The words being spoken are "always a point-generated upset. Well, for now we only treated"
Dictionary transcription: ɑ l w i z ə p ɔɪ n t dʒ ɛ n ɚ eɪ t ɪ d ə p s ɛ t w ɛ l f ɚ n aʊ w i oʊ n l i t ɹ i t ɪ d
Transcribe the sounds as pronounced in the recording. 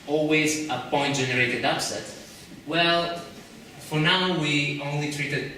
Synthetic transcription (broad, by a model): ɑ l w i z ə p ɔɪ n t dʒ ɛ n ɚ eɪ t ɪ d ə p s ɛ t w ɛ l f ɚ n aʊ w i oʊ n l i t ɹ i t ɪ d